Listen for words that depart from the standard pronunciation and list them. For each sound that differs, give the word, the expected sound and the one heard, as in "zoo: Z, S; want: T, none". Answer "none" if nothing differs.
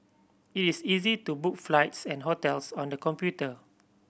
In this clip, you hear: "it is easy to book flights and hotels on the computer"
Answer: is: Z, S; hotels: Z, S